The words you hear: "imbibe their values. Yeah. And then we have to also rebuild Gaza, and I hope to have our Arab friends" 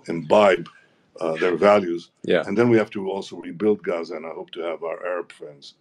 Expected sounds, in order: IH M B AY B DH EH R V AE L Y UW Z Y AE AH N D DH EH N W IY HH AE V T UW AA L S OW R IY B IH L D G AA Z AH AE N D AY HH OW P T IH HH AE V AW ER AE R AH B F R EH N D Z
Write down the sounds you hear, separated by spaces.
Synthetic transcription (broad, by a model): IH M B AY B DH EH R V AE L Y UW Z Y AE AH N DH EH N W IY HH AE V T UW AA L S OW R IY B IH L D G AA Z AH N AY HH OW P T IH HH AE V AW ER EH R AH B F R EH N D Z